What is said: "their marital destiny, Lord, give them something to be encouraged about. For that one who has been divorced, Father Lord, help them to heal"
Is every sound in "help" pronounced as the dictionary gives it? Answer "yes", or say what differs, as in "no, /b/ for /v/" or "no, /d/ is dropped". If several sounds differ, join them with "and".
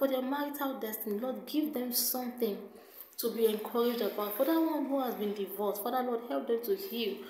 yes